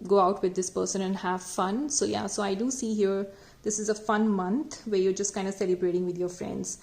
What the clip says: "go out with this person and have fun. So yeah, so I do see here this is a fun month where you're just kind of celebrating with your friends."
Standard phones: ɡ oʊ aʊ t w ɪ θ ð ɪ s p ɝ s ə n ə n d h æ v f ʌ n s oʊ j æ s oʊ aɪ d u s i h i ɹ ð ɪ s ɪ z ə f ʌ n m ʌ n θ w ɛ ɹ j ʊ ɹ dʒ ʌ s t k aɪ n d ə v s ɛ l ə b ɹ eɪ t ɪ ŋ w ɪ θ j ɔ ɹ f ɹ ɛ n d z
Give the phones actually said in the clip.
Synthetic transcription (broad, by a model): ɡ oʊ aʊ t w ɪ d ɪ s p ɝ s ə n ə n d h æ v f ʌ n s oʊ j æ s oʊ aɪ d u s i h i ɹ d ɪ s ɪ z ə f ʌ n m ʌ n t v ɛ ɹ j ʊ ɹ dʒ ʌ s t k aɪ n d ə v s ɛ l ə b ɹ eɪ t ɪ ŋ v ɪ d j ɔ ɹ f ɹ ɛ n d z